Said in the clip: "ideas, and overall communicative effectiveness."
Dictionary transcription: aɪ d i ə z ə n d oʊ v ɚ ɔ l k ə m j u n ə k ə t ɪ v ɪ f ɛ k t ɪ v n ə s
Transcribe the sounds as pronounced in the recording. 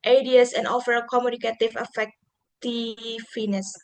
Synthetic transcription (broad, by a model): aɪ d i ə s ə n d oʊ f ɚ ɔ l k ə m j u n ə k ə t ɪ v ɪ f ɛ k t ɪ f n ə s